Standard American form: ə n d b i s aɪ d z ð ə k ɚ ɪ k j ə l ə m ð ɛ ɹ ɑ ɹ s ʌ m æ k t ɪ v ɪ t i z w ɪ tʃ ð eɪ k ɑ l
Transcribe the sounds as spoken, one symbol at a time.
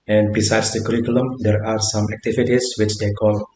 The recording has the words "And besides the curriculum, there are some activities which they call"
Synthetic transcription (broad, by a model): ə n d b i s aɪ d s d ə k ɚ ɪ k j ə l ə m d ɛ ɹ ɑ ɹ s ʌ m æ k t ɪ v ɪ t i s w ɪ tʃ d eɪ k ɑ l